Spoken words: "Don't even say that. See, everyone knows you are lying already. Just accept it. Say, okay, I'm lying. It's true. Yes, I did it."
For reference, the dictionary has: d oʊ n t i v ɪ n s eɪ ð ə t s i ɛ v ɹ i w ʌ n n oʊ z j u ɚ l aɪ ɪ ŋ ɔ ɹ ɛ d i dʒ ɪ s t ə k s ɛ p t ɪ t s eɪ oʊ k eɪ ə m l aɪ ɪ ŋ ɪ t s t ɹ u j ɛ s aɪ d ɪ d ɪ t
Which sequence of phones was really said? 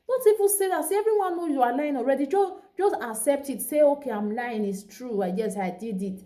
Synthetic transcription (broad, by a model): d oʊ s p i p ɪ s eɪ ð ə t s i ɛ v ɹ i w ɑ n n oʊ j u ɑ l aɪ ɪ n ɔ ɹ ɛ d i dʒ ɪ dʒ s ə k s ɛ p t ɪ t s eɪ oʊ k eɪ ə m l aɪ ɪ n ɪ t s t ɹ u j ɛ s aɪ d ɪ d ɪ t